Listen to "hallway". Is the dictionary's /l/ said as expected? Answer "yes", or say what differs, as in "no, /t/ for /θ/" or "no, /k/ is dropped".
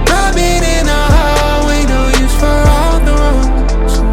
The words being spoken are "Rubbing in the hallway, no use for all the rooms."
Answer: no, /l/ is dropped